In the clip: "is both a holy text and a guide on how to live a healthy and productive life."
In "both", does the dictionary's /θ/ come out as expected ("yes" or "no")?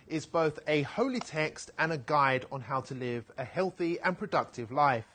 yes